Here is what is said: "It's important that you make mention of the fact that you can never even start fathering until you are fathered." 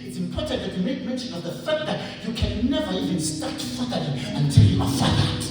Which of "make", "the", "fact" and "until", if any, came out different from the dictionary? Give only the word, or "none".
none